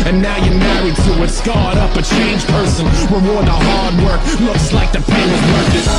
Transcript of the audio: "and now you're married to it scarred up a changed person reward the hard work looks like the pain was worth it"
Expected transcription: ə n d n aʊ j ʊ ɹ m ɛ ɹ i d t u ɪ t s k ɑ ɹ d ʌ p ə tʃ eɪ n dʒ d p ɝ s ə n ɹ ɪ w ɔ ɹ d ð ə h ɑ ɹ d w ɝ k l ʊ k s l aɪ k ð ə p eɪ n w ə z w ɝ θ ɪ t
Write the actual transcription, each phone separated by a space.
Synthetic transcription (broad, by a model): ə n n aʊ j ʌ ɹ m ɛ ɹ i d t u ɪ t s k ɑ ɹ d ʌ p ə tʃ eɪ n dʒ p ɝ s ə n w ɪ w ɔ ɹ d ð ə h ɑ ɹ d w ɝ k l ʊ k s l aɪ k ð ə f eɪ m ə s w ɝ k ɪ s